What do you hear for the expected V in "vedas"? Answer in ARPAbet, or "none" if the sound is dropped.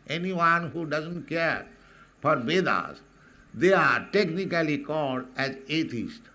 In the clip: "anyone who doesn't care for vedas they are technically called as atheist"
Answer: B